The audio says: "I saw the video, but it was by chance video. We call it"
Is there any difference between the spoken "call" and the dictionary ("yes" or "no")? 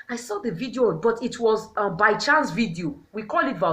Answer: no